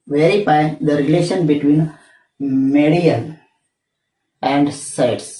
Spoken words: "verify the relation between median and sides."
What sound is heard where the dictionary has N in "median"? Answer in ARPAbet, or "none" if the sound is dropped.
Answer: L